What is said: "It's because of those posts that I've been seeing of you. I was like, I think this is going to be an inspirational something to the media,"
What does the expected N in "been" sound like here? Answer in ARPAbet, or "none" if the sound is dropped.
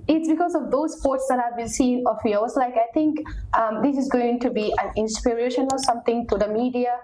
L